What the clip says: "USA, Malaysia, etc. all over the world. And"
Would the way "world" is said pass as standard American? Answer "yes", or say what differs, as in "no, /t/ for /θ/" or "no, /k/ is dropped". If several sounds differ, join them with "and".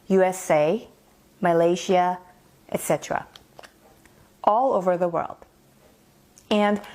yes